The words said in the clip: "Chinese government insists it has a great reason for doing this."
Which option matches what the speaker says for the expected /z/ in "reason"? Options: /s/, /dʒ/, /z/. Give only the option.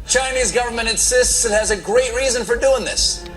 /z/